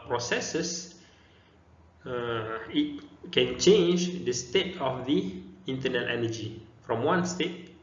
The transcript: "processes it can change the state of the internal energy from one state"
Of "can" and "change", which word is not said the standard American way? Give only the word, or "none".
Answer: none